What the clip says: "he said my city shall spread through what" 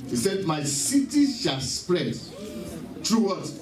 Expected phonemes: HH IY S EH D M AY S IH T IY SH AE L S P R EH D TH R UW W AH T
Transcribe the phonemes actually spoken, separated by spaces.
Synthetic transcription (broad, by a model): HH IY S EH D M AY S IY T IY SH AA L S P R EH D T R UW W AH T